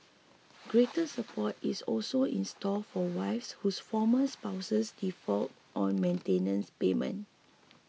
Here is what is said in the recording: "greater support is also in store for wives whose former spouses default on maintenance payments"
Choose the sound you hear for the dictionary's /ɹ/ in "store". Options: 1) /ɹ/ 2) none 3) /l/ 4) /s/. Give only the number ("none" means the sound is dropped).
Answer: 3